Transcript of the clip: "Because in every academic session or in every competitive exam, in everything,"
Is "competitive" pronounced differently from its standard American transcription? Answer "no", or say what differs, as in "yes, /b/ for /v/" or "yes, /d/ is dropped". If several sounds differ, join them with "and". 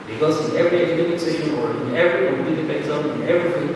yes, /p/ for /v/